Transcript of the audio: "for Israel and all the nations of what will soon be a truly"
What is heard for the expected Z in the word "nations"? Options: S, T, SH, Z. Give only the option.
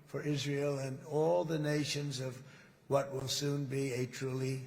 Z